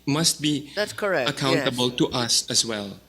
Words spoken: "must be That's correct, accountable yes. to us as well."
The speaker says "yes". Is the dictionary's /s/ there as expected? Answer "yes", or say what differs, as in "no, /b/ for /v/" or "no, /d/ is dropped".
no, /s/ is dropped